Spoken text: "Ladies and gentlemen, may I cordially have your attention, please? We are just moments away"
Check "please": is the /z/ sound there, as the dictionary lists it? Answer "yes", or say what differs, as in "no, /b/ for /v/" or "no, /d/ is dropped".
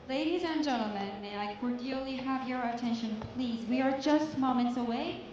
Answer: yes